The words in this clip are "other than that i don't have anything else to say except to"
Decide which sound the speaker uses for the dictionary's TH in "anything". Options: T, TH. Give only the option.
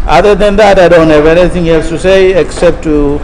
T